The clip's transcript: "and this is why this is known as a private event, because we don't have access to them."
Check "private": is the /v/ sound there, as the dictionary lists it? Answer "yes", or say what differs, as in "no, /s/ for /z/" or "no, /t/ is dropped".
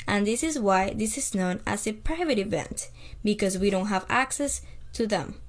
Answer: yes